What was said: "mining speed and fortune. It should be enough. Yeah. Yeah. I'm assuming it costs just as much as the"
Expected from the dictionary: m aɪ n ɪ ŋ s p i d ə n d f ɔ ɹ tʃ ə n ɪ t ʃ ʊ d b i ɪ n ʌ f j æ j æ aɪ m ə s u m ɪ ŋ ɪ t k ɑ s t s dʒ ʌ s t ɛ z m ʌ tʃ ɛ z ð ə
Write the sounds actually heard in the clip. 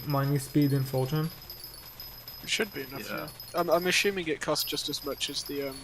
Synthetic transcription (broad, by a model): m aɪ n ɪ s p i d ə n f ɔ l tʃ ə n ɪ t ʃ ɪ d b i ɪ n ʌ f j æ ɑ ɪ aɪ m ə ʃ u m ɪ ŋ ɪ t k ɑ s s dʒ ʌ s t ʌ z m ʌ tʃ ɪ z ð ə